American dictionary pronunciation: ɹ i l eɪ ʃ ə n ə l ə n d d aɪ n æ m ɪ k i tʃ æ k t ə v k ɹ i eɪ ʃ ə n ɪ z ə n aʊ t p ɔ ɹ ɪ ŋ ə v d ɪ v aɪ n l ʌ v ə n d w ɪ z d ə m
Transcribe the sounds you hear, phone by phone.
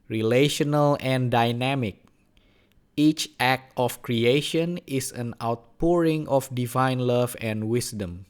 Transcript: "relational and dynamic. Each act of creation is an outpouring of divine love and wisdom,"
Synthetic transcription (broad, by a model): ɹ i l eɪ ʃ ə n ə l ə n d d aɪ n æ m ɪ k i tʃ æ k t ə f k ɹ i eɪ ʃ ə n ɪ s ə n aʊ t p ɔ ɹ ɪ ŋ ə f d ɪ v aɪ n l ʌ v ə n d w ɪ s d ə m